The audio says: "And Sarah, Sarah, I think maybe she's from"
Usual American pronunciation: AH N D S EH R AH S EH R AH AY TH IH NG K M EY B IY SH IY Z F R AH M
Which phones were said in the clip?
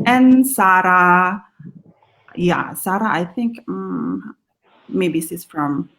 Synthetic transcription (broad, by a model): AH N S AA R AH S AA R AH AY TH IH NG K M EY B IY S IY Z F R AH M